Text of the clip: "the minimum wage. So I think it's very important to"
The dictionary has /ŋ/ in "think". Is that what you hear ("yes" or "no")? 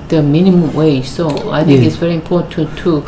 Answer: no